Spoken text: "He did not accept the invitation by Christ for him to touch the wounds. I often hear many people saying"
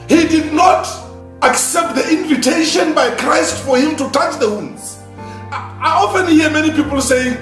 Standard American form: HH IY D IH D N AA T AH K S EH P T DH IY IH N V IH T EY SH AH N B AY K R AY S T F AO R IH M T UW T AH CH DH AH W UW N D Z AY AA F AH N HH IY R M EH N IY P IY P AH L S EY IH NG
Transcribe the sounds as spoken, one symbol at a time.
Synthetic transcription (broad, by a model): HH IY D IH D N AA T AH K S EH P T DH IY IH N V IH T EY SH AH N B AY K R AY S T F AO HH IH M T UW T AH CH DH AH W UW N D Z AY AA F AH N HH IY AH M EH N IY P IY P AH L S EY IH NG